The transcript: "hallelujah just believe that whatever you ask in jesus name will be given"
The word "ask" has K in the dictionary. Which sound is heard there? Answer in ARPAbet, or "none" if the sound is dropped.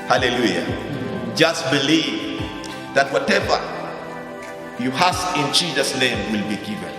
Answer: none